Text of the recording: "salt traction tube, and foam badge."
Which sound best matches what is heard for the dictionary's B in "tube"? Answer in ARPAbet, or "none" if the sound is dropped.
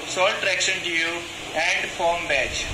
none